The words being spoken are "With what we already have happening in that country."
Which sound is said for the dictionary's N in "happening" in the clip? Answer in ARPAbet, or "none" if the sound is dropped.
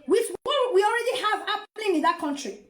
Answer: L